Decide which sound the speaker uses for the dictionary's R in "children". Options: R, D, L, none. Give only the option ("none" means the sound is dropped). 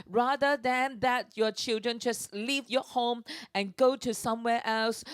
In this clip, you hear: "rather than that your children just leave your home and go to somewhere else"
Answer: R